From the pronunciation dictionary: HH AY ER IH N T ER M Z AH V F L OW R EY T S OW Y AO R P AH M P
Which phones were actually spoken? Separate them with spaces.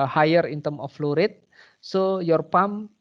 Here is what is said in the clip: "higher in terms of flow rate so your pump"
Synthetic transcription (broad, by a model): HH AY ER IH N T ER M AH F L OW R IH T S OW Y AO R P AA M